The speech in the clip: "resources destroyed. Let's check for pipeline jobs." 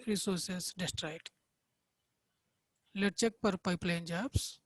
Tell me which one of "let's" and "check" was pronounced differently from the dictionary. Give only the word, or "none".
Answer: let's